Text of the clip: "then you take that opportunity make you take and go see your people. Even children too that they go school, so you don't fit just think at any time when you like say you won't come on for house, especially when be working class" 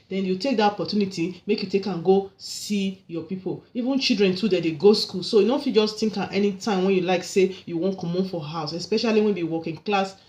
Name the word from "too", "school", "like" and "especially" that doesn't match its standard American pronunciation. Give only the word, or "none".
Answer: none